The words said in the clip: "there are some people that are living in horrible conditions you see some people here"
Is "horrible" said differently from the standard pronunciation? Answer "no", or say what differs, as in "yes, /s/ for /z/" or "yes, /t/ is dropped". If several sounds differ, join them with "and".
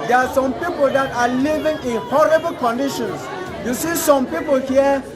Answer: no